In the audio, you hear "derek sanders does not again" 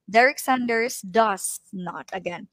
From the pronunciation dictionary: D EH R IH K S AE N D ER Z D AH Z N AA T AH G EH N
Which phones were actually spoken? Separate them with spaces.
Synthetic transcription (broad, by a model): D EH R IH K S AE N D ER S D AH S N AA T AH G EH N